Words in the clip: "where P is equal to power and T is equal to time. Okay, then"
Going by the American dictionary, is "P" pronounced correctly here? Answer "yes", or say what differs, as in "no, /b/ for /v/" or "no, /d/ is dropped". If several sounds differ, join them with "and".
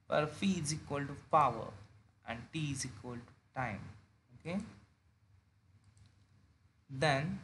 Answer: no, /f/ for /p/